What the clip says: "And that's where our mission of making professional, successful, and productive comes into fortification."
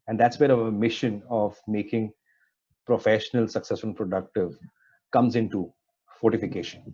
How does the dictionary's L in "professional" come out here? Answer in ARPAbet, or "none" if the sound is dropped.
L